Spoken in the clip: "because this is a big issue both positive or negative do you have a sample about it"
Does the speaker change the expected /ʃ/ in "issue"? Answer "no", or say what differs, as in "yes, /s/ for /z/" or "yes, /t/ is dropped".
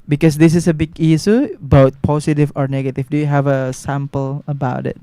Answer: yes, /s/ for /ʃ/